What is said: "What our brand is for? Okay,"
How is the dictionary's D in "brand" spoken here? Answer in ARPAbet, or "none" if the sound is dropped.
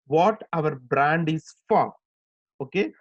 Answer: D